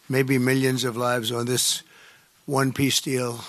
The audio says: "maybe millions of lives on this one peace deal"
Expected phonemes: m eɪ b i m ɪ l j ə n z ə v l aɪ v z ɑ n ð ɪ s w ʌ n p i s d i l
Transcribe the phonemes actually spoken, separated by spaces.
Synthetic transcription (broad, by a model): m eɪ b i m ɪ l j ə n z ə v l aɪ v z n ð ɪ s w ʌ n p i s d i l